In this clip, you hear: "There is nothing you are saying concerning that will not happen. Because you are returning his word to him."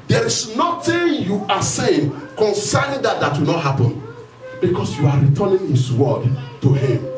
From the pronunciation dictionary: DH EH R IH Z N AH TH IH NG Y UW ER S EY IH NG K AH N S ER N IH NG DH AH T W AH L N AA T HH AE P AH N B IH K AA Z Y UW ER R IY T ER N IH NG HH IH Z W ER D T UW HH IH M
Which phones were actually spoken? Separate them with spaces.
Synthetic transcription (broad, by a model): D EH R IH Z N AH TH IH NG Y UW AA S EY IH NG K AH N S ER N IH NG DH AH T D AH W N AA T HH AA P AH N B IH K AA S Y UW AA R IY T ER N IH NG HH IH S W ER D T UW HH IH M